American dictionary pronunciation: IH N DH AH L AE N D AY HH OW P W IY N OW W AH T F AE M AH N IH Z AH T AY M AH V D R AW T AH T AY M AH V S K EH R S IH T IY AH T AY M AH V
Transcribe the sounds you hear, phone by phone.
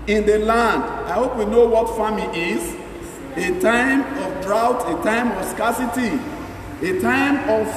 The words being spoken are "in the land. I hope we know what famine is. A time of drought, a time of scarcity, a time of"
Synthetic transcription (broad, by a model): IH N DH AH L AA N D AY HH OW P W IY N OW W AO T F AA M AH IH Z AH T AY M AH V D R AW T AH T AY M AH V S K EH S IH T IY AH T AY M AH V